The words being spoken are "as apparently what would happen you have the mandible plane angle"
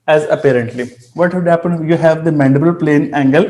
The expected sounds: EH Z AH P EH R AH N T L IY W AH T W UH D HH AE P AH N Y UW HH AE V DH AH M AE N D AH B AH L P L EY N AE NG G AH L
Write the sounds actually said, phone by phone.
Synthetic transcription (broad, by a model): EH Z AH P EH R AH N T L IY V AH T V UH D HH AE P AH N Y UW HH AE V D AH M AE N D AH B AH L P L EY N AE NG G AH L